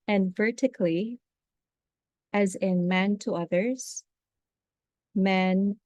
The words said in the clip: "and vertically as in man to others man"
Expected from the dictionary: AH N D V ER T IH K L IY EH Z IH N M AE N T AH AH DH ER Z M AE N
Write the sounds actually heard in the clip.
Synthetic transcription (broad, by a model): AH N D V ER T IH K L IY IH Z IH N M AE N T AH AH DH ER Z M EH N